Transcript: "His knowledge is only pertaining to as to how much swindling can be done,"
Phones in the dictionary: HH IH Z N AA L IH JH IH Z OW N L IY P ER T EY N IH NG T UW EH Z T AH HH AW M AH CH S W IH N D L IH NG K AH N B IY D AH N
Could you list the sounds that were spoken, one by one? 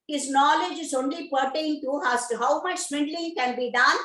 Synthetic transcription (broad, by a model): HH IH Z N AA L IH JH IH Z OW N L IY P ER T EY IH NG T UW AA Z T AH HH AW M AH CH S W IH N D L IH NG K AH N B IY D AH N